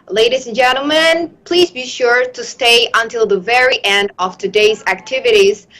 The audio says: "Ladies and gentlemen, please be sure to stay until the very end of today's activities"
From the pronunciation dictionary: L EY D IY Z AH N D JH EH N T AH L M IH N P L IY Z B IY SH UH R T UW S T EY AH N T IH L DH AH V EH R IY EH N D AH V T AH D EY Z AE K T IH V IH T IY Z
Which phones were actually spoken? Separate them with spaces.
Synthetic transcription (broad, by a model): L EY D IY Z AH N JH EH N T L M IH N P L IY Z B IY SH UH R T UW S T EY AH N T IH L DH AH V EH R IY EH N D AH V T AH D EY Z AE K T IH V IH T IY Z